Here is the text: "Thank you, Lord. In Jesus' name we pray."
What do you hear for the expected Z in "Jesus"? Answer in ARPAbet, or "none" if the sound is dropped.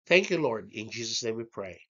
Z